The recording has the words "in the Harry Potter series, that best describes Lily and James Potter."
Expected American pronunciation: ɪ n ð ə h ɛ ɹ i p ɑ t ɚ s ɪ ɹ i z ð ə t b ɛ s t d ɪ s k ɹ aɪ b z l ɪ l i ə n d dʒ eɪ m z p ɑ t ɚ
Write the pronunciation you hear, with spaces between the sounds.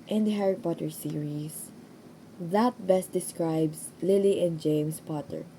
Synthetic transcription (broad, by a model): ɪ n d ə h ɛ ɹ i p ɑ t ɚ s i ɹ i s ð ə t b ɛ s t d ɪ s k ɹ aɪ b s l ɪ l i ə n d dʒ eɪ m s p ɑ t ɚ